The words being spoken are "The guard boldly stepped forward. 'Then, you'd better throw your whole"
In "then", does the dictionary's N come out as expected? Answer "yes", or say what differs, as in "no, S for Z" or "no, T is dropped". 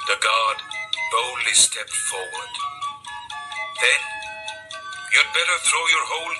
yes